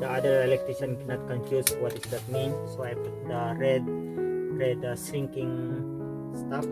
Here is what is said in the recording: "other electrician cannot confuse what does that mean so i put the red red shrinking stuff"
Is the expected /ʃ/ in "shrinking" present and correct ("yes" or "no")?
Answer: no